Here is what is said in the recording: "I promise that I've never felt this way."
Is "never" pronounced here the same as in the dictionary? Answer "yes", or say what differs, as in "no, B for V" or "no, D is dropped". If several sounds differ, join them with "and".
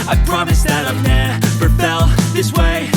no, P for V